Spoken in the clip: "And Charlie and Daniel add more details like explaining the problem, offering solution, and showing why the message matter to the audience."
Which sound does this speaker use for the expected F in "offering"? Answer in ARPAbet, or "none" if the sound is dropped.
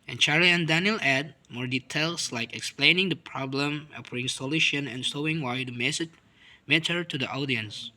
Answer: P